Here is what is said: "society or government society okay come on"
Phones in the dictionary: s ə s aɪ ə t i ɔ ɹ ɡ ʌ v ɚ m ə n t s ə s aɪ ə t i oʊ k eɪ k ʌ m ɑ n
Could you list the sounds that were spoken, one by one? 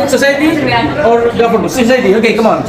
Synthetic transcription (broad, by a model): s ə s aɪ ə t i ɔ ɹ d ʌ p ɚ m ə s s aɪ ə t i oʊ k eɪ k ʌ m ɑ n